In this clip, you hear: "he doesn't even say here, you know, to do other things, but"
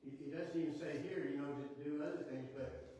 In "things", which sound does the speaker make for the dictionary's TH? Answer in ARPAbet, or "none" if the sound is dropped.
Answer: TH